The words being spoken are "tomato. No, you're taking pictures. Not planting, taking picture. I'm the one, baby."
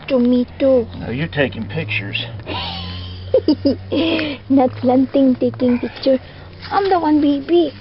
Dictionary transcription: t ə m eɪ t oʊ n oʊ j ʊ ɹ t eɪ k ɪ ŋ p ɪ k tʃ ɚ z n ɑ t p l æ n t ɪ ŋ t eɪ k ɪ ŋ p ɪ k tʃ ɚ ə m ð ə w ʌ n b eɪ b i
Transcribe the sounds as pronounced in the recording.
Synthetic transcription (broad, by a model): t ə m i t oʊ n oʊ j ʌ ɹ t eɪ k ɪ ŋ p ɪ k tʃ ɚ z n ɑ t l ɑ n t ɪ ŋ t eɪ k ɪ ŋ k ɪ tʃ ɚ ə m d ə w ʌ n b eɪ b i